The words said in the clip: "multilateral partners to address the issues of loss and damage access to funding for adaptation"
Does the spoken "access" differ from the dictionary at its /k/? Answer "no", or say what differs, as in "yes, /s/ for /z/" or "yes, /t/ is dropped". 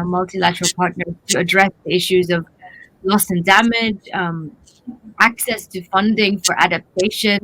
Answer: no